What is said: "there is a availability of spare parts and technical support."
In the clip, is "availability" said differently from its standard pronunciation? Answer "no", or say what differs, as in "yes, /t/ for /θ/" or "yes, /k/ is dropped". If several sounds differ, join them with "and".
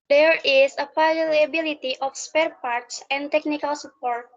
yes, /p/ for /v/